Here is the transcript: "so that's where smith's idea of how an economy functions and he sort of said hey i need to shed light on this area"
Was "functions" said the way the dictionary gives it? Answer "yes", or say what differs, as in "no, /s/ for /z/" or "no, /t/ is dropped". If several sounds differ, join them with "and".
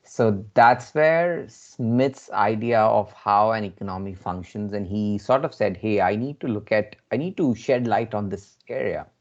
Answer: yes